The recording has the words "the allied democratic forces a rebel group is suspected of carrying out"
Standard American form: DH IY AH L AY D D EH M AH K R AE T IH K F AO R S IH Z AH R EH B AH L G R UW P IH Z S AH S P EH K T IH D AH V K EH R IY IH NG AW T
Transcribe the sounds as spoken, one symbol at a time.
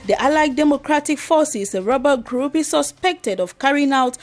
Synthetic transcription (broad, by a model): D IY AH L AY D D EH M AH K R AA T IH K F AO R S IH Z AH R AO B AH G R UW P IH S AH S P EH K T IH D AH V K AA R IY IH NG AW T